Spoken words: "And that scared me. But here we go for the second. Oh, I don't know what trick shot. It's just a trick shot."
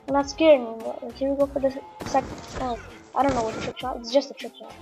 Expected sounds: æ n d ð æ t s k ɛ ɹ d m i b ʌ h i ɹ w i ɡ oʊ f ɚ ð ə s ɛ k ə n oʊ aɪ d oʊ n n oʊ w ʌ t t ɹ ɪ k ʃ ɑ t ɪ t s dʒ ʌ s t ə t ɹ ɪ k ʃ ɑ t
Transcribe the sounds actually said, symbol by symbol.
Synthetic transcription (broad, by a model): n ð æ t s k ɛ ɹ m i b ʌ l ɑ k w i ɡ oʊ f ɚ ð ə s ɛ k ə ɑ aɪ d oʊ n n oʊ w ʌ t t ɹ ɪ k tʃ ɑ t ɪ t s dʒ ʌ s t ə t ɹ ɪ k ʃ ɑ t